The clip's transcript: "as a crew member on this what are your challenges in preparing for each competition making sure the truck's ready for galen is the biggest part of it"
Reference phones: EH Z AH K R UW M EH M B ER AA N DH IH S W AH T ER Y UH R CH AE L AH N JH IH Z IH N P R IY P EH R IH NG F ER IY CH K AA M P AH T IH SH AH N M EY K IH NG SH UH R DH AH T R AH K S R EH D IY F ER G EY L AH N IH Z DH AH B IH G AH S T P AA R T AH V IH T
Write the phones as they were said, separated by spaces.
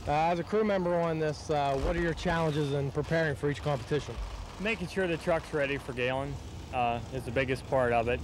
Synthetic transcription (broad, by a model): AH Z AH K R UW M EH M B ER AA N DH IH S W AH T ER Y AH R CH AE L AH N JH IH Z IH N P R IY P EH R IH NG F ER IY CH K AA M P AH T IH SH AH N M EY K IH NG SH UH R DH AH T R AH K S R EH D IY F ER G EY L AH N IH Z DH AH B IH G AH S P AA R T AH V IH T